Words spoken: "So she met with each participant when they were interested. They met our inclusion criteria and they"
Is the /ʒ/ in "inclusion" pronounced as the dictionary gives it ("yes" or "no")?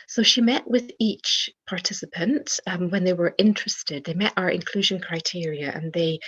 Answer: yes